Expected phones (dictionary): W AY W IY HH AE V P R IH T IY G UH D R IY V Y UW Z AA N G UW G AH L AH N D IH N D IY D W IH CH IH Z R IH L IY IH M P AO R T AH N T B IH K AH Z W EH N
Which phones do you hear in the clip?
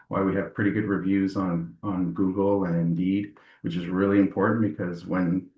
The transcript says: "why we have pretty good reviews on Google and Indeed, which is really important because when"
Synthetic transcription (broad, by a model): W AY W IY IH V P R IH T IY G UH D R IY V Y UW Z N N G UW G L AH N IH N D IY D W IH CH IH Z R IH L IY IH M P AO R T N B IH K AH Z W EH N